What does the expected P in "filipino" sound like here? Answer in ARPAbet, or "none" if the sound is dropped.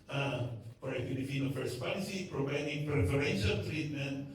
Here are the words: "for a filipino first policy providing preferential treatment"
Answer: F